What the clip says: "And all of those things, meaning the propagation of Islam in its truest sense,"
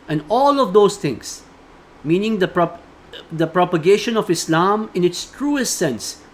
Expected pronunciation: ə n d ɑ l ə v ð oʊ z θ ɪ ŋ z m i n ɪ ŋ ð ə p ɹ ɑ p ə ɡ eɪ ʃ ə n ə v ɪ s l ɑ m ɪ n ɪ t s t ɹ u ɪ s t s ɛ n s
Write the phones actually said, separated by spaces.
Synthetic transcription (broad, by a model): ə n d ɑ l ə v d oʊ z t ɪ ŋ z m i n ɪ ŋ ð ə p ɹ ɑ p ə ɡ eɪ ʃ ə n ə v ɪ s l ɑ m ɪ n ɪ t s t ɹ u ɪ s t s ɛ n s